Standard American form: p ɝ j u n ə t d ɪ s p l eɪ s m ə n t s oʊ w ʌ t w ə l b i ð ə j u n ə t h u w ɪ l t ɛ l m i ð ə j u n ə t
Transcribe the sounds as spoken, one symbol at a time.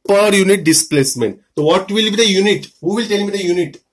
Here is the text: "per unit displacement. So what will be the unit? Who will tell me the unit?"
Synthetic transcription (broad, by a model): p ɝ j u n ə t d ɪ s p l eɪ s m ə n t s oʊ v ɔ t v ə l b i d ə j u n ə t h u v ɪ l t ɛ l m i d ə j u n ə t